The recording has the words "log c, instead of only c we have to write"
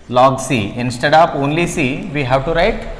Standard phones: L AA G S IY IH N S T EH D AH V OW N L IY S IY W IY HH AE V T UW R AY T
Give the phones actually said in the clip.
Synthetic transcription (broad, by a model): L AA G S IY IH N S T EH D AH P OW N L IY S IY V IY HH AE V T UW R AY T